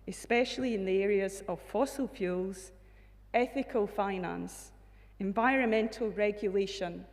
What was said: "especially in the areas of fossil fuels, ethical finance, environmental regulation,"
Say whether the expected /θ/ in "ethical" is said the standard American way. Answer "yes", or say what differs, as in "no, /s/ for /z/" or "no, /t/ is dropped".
yes